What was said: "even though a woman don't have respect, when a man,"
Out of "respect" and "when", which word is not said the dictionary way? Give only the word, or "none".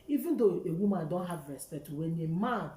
respect